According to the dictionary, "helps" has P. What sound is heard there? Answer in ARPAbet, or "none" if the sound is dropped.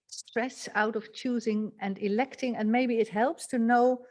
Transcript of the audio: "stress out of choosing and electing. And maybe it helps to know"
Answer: P